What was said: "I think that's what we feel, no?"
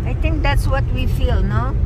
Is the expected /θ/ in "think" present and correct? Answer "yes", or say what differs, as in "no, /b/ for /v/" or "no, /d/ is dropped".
no, /t/ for /θ/